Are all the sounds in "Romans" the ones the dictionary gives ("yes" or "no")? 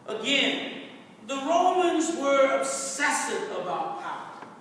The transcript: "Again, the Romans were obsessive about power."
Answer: yes